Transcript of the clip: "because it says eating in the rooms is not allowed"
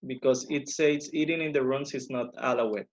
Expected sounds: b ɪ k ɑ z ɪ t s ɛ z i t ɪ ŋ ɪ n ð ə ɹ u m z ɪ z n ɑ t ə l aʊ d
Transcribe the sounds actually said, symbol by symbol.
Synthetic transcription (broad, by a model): b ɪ k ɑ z ɪ t s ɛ s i t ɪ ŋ ɪ n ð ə ɹ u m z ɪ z n ɑ t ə l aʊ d